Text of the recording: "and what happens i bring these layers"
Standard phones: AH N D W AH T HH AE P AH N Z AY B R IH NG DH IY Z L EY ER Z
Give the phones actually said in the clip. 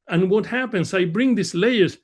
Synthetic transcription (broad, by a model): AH N W AH T HH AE P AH N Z AY B R IH NG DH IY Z L EY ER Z